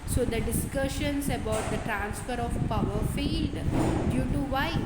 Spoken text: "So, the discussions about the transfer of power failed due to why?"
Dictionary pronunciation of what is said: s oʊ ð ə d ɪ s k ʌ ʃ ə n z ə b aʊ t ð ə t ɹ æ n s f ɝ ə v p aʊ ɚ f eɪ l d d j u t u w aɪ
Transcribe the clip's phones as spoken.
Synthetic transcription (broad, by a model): s oʊ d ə d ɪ s k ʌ ʃ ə n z ə b aʊ t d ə t ɹ æ n s f ɝ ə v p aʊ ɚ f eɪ d d j u t u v aɪ